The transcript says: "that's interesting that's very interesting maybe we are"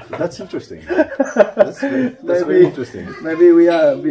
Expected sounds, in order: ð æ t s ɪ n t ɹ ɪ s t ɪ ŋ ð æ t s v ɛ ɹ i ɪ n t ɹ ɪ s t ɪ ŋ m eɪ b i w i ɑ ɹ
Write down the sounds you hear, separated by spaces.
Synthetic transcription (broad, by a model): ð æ t s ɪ n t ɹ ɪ s t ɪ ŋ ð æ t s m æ i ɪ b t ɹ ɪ s t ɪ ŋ m eɪ b i w i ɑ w